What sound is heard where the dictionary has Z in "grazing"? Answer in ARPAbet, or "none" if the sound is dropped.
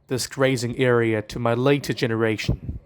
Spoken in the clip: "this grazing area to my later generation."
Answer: Z